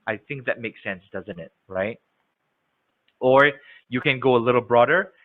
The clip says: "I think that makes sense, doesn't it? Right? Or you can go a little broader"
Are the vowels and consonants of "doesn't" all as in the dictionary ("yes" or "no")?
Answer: yes